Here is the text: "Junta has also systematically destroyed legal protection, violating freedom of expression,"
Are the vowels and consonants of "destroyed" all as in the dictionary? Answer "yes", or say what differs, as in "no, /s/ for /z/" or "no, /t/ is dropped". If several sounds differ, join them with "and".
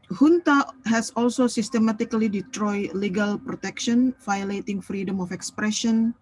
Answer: no, /s/ is dropped